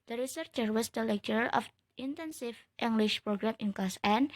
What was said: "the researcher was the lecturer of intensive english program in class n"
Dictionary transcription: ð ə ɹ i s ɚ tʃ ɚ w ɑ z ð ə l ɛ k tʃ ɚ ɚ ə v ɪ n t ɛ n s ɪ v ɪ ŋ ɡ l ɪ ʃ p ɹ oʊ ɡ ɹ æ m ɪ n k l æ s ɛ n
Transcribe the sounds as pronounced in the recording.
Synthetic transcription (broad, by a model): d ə ɹ i s ɚ tʃ ɚ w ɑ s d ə l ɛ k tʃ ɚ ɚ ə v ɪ n t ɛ n s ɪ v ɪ ŋ ɡ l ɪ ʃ p ɹ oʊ ɡ ɹ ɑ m ɪ n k ɑ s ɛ n